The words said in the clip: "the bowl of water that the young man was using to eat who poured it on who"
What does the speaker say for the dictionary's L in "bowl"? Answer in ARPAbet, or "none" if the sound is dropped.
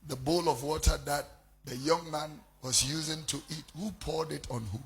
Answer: L